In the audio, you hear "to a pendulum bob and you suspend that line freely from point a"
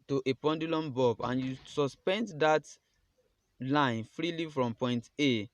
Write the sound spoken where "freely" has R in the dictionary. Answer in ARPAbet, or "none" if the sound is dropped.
R